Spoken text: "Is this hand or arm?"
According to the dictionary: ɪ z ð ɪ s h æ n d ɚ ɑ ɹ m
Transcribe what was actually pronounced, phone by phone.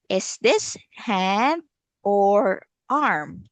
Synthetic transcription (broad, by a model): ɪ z ð ɪ s h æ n ɚ ɑ ɹ m